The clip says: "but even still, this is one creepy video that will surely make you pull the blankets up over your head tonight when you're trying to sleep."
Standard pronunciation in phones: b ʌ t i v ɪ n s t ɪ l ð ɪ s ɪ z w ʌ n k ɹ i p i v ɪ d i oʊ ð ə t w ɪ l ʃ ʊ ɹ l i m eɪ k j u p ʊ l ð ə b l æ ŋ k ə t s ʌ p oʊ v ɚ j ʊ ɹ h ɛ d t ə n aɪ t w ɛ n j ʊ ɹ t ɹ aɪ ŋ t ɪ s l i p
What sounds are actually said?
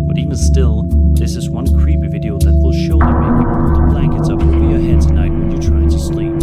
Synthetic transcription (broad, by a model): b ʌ t i v ɪ n s t ɪ l ð ɪ s ɪ z w ʌ n k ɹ i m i v ɪ d i oʊ ð ə t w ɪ l ʃ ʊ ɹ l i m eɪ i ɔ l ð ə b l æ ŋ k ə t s ʌ p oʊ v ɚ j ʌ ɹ h ɛ d t ə n aɪ t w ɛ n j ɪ t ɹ aɪ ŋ t ɪ s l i